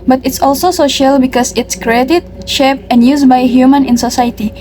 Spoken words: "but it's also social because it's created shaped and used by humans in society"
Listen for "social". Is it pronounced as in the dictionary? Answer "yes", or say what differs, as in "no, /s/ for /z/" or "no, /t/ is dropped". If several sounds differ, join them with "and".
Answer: yes